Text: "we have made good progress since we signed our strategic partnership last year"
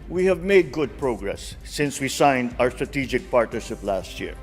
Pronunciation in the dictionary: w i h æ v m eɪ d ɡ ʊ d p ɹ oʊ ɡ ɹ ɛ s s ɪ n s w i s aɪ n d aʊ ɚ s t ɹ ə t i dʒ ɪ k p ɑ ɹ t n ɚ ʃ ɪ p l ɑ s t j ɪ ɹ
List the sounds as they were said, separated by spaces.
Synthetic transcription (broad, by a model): w i h æ v m eɪ d ɡ ʊ d p ɹ oʊ ɡ ɹ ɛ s s ɪ n s w i s aɪ n d aʊ ɚ s t ɹ ə t i dʒ ɪ k p ɑ ɹ t n ɚ ʃ ɪ p l ɑ s t j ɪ ɹ